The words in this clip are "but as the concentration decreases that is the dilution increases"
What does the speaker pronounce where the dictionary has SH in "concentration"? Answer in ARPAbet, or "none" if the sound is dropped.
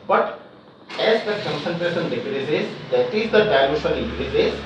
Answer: S